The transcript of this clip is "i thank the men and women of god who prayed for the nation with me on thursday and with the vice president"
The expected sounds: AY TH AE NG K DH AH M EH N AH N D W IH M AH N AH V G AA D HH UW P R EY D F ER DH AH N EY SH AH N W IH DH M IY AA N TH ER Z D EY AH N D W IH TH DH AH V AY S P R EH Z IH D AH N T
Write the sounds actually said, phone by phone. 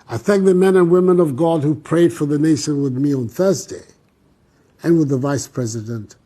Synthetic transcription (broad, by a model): AY TH AE NG K DH AH M EH N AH N W IH M AH N AH V G AA D HH UW P R EY D F ER DH AH N EY SH AH N W IH DH M IY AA N TH ER Z D EY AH N W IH DH AH V AY S P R EH Z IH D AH N T